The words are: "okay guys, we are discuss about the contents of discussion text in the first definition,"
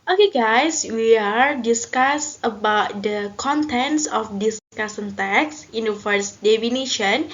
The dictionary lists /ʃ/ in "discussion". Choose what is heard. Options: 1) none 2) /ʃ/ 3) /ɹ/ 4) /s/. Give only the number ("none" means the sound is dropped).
4